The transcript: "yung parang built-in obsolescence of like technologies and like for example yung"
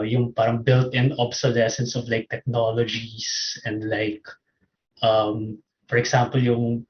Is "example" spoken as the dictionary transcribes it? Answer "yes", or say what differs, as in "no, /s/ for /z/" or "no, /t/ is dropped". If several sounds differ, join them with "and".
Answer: no, /s/ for /z/